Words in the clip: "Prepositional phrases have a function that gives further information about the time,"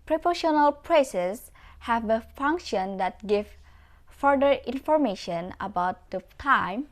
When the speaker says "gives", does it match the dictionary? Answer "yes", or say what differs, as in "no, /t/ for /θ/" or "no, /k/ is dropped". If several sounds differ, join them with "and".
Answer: no, /z/ is dropped